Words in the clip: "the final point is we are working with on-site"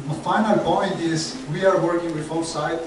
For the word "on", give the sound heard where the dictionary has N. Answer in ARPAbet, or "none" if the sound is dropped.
L